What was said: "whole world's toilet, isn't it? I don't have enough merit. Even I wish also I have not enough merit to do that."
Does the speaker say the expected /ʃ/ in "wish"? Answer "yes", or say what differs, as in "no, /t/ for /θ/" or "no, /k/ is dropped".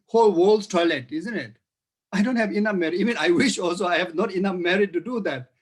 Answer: yes